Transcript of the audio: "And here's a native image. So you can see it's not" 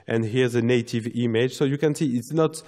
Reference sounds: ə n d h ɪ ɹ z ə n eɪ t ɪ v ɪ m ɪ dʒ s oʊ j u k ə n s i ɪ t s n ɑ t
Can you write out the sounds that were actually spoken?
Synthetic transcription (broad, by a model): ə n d h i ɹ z ə n eɪ t ɪ v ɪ m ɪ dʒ s oʊ j u k ə n s i ɪ t s n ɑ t